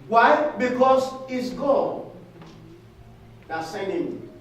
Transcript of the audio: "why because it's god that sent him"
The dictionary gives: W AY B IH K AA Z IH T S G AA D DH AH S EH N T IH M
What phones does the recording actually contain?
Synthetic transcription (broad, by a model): W AY B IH K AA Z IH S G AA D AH S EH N IH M